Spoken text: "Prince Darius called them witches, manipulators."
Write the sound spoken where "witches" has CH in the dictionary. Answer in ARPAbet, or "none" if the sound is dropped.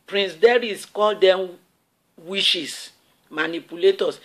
SH